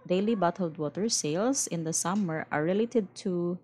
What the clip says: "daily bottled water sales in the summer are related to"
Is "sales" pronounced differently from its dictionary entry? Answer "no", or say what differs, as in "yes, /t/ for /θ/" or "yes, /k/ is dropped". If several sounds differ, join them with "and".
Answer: yes, /s/ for /z/